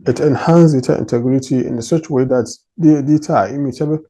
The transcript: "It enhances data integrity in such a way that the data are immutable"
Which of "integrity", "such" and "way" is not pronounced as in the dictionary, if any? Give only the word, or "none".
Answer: such